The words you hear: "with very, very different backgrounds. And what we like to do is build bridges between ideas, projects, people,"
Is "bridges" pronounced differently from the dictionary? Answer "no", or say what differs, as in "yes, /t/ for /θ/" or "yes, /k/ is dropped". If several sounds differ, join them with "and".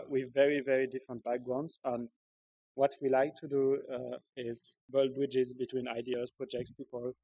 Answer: no